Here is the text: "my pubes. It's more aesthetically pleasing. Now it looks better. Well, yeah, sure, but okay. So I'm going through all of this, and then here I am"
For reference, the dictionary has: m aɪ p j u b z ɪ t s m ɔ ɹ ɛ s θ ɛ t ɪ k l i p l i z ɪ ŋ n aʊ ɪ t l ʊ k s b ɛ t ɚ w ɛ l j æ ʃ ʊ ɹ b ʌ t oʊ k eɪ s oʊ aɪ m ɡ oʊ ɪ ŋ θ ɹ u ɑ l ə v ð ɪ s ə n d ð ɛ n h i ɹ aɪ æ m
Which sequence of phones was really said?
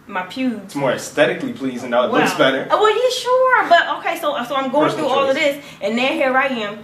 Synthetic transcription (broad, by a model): m aɪ p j u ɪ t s m ɔ ɹ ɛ s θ ɛ t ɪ k l i p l i z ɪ n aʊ ɪ t w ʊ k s b ɛ t ɚ w ɛ l j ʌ ʃ ʊ ɹ b ʌ t oʊ k eɪ s oʊ aɪ m ɡ oʊ ɪ ŋ θ ɹ u ɑ l ə v ð ɪ s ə n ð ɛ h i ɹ aɪ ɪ m